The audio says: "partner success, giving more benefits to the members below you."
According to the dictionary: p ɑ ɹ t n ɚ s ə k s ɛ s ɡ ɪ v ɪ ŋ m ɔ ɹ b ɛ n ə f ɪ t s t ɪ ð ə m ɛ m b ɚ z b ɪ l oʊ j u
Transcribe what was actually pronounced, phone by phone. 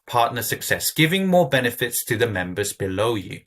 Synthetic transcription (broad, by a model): p ɑ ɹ t n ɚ s ə k s ɛ s ɡ ɪ v ɪ ŋ m ɔ b ɛ n ə f ɪ t s t ɪ ð ə m ɛ m b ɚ z b ɪ l oʊ j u